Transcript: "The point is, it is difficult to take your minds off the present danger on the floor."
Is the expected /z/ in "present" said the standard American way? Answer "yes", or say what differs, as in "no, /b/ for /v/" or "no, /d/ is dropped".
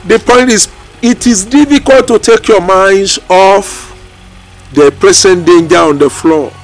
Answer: no, /s/ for /z/